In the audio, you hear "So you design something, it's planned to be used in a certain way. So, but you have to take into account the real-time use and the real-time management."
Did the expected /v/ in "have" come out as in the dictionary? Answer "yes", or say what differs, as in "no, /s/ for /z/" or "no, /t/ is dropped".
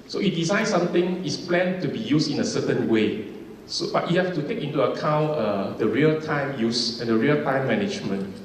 no, /f/ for /v/